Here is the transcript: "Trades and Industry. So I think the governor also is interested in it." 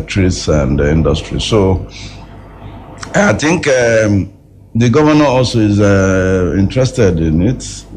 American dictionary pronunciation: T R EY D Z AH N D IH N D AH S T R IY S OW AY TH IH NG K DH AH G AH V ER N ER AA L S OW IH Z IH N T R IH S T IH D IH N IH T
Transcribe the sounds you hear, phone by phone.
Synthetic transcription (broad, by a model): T R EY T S AH N D IH N D AH S T R IY S OW AY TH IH NG K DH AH G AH V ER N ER AA L S OW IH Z IH N T R IH S T IH D IH N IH T